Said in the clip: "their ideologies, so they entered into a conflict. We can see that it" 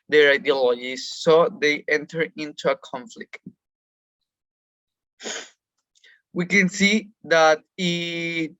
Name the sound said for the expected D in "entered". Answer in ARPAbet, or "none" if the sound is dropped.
none